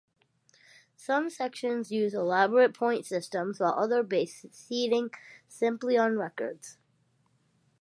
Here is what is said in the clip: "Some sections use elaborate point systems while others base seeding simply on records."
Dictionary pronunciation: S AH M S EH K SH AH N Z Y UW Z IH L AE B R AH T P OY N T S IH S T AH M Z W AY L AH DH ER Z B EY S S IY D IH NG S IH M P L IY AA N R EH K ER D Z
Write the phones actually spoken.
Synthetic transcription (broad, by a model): S AH M S EH K SH AH N Z Y UW Z IH L AE B R AH T P OY N T S IH S T AH M Z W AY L AH DH ER B EY S S IY D IH NG S IH M P L IY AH N R EH K ER D Z